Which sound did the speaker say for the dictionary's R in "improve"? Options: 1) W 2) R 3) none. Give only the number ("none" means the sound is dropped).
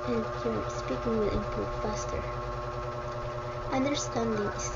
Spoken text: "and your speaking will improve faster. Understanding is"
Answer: 3